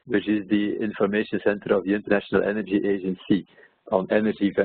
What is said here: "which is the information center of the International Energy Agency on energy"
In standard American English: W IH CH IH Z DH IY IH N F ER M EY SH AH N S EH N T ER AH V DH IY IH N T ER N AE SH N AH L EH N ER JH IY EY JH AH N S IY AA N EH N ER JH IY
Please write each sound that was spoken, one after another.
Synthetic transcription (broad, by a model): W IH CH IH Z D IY IH N F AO M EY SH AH N S EH N T ER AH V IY IH N T ER N AE SH N AH L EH N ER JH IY EY JH AH N S IY AA N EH N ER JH IY